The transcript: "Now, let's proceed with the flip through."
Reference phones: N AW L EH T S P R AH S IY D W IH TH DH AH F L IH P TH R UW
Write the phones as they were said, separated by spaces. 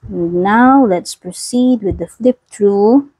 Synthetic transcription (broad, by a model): N AW L EH T S P R AH S IY D W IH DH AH F L IH P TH R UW